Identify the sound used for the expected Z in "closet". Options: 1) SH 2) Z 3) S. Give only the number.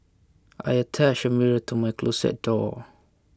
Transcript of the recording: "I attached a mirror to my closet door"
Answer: 3